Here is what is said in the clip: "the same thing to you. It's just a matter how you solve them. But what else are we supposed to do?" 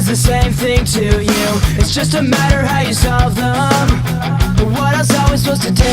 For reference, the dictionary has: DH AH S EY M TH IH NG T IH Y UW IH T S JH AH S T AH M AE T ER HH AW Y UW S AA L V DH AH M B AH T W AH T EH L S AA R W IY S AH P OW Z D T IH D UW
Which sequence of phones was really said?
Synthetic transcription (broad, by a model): DH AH S EY M TH IH NG T IH Y UW IH T S JH AH S T AH M AE T ER HH AW Y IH S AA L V DH AH M B AH T W AH T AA S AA L W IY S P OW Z T IH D